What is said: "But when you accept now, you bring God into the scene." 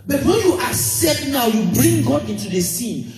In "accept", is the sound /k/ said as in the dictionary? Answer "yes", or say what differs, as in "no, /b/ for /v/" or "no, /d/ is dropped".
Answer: no, /k/ is dropped